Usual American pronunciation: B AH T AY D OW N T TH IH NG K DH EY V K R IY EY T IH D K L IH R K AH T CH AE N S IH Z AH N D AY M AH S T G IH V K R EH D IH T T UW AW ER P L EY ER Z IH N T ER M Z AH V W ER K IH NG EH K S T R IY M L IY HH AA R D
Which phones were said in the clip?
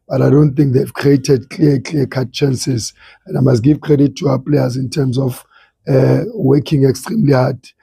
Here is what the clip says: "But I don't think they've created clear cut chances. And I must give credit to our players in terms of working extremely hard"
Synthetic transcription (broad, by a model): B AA T AY D OW N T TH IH NG K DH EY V K R IY EY T IH D K L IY L K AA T CH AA N S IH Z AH N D AY M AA S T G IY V K R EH D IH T T UW AW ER P L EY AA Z IH N T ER M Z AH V W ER K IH NG EH K S T R IY M L IY HH AA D